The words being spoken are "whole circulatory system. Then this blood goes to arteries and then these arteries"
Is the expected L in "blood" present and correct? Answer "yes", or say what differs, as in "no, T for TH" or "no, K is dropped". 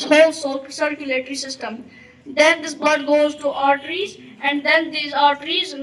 no, L is dropped